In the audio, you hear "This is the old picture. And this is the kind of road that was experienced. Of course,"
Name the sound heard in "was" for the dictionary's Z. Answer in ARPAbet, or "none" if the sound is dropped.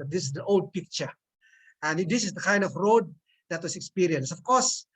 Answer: S